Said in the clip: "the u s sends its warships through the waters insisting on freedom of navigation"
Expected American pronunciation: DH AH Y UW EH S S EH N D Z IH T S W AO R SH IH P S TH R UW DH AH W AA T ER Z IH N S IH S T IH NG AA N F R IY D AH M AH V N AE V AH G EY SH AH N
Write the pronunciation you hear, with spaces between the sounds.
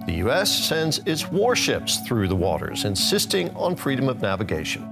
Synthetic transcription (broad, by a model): DH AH Y UW EH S S EH N D Z IH T S W AO R SH IH P S TH R UW DH AH W AA T ER Z IH N S IH S T IH NG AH N F R IY D AH M AH V N AE V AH G EY SH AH N